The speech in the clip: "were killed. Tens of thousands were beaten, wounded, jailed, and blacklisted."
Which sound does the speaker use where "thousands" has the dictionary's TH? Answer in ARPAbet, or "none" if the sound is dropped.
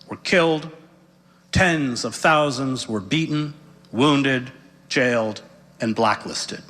TH